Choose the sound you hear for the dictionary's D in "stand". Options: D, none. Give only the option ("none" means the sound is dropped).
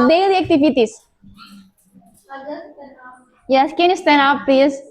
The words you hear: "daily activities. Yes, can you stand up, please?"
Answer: none